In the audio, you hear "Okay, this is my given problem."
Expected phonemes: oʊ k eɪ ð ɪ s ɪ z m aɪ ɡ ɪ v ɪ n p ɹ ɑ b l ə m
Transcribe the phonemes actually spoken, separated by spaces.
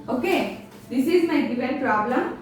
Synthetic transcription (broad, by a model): oʊ k eɪ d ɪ s ɪ z m aɪ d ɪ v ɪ l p ɹ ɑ b l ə m